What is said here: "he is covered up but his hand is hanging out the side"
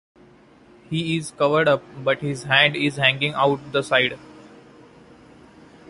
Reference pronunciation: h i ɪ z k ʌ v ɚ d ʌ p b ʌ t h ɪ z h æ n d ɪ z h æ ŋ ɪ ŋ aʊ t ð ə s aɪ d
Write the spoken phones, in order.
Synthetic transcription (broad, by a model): h i ɪ z k ʌ v ɚ d ʌ p b ʌ t h ɪ z h æ n d ɪ z h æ ŋ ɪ ŋ aʊ t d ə s aɪ d